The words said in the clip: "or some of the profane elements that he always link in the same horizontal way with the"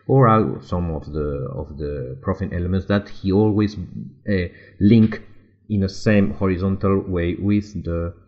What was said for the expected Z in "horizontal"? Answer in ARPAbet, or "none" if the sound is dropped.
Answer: Z